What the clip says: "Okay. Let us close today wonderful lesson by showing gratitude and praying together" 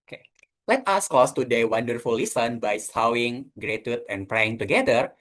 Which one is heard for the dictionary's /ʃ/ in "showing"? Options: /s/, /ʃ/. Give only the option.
/s/